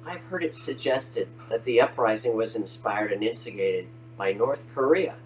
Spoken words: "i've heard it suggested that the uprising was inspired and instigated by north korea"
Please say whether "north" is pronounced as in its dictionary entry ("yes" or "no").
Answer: yes